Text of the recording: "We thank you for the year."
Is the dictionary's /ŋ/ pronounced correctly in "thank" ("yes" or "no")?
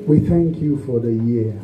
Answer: yes